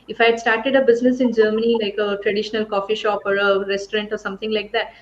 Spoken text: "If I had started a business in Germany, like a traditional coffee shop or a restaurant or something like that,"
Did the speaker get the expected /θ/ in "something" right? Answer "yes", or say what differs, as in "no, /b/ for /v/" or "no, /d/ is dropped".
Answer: no, /t/ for /θ/